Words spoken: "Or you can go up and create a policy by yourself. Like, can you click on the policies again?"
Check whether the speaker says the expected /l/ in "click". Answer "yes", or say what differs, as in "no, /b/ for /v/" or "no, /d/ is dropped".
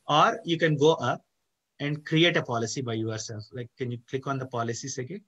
yes